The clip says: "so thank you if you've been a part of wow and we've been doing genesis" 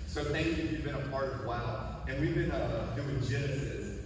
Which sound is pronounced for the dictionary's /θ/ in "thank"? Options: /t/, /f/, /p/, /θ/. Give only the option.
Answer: /θ/